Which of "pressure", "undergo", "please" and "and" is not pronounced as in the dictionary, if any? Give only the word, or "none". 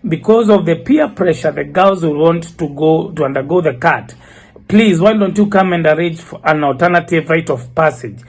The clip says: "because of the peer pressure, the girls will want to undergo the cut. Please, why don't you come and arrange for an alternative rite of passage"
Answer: none